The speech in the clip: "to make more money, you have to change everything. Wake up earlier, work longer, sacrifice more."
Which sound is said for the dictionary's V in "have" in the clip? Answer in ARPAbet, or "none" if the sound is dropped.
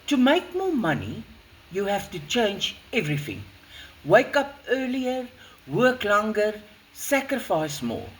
F